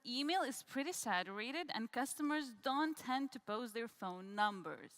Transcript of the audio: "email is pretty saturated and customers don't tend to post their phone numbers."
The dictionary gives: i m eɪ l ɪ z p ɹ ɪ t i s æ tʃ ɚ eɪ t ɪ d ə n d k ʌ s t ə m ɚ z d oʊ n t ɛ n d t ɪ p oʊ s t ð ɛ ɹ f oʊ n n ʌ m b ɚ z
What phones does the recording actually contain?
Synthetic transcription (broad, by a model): i m eɪ l ɪ z p ɹ ɪ t i s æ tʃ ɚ eɪ t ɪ d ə n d k ʌ s t ə m ɚ z d oʊ n t ɛ n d t ɪ p oʊ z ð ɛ ɹ f oʊ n n ʌ m b ɚ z